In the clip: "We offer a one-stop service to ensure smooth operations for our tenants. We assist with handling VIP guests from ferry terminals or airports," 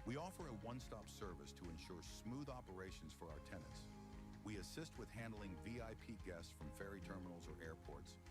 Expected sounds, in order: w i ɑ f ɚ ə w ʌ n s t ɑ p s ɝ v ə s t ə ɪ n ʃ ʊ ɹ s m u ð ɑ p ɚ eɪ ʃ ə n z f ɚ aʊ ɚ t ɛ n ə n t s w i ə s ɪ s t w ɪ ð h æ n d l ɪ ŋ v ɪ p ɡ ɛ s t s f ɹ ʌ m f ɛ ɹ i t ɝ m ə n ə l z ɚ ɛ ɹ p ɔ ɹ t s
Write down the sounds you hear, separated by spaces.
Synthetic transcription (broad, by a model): w i ɑ f ɚ ə w ʌ n s t ɑ p s ɝ v ə s t ə ɪ n ʃ ʊ ɹ s m u ð ɑ p ɚ eɪ ʃ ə n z f ɚ aʊ ɚ t ɛ n ə n t s w i ə s ɪ s t w ɪ ð h æ n d l ɪ ŋ v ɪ p ɡ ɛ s s f ɹ ʌ m f ɛ ɹ i t ɝ m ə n l z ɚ ɛ ɹ p ɔ ɹ t s